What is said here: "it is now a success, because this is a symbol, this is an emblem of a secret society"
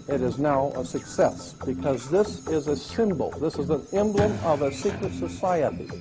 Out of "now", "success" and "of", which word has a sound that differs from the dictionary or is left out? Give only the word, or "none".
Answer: none